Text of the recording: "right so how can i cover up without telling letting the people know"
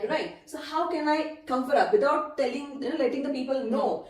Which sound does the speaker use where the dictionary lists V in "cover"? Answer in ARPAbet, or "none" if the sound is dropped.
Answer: F